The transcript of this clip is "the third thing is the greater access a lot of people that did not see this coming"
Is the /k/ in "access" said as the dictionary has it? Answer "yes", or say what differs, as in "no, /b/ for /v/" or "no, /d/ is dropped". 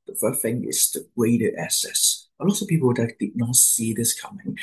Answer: no, /k/ is dropped